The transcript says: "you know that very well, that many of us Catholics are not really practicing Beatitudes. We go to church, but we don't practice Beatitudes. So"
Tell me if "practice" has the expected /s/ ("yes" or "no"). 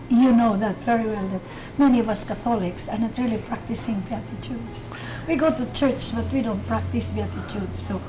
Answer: yes